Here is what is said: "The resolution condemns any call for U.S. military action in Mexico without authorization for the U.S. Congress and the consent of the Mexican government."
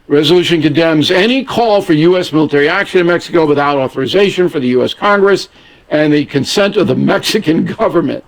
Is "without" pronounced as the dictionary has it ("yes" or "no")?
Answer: yes